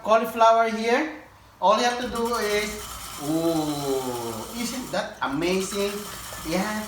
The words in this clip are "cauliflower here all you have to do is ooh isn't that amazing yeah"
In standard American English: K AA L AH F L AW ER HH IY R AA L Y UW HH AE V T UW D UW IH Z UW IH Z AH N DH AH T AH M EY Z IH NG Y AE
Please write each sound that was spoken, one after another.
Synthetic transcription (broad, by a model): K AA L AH F L AW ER HH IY R AA L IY HH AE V T UW D UW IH S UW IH S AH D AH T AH M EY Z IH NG Y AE